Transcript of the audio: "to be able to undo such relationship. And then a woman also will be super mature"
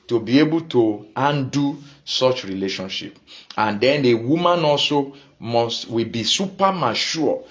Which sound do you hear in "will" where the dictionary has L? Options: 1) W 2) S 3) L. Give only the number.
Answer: 1